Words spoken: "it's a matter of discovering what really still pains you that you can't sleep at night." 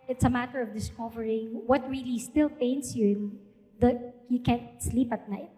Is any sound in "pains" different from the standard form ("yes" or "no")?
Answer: yes